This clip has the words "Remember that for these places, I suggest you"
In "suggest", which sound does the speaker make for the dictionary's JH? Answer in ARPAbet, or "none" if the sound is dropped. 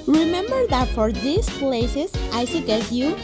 none